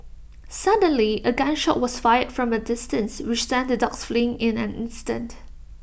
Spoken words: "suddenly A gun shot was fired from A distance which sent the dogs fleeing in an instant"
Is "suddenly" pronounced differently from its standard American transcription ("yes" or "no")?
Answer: no